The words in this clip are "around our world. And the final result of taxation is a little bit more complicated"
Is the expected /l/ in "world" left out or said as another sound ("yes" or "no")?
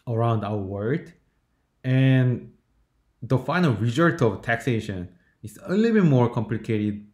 yes